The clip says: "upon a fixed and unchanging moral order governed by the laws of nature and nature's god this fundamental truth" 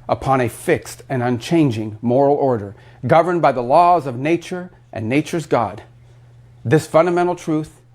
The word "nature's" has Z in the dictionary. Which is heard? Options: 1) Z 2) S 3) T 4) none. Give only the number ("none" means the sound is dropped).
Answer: 1